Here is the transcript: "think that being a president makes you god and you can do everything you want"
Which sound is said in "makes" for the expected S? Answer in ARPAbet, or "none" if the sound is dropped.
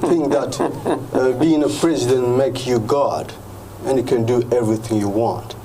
none